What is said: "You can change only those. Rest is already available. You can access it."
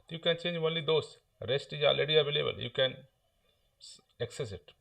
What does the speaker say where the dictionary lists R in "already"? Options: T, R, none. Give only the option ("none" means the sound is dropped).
none